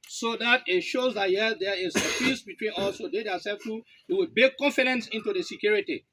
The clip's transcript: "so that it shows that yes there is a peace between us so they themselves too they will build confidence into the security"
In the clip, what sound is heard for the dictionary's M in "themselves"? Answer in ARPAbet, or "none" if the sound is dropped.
none